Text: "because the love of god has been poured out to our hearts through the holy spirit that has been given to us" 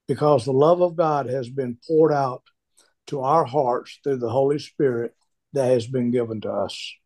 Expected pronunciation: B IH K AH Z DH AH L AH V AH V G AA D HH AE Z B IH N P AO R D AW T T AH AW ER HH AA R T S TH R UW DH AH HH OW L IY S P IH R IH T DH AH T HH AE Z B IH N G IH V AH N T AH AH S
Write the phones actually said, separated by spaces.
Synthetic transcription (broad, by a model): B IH K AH Z DH AH L AH V AH V G AA D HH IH Z B IH N P AO R D AW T T AH AW ER HH AA R T S TH R UW DH AH HH OW L IY S P IH R IH T DH AH T HH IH Z B IH N G IH V AH N T AH AH S